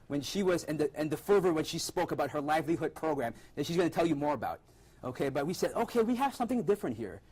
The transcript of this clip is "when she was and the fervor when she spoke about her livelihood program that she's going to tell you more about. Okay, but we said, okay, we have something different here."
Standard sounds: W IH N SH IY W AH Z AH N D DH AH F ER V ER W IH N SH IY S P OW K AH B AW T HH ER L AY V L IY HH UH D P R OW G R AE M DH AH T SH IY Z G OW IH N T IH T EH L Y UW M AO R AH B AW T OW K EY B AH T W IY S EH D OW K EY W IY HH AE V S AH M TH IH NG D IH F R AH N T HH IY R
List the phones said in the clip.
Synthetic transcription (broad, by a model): W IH N SH IY W AH Z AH N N DH AH F ER V ER W IH N SH IY S P OW K AH B AW T HH ER L AY V L IY HH UH D P R OW G R AE M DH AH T SH IY Z G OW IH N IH T EH L Y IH M AO R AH B AW T OW K EY B AH T W IY S EH D OW K EY W IY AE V S AH M TH IH NG D IH F R AH N T HH IY R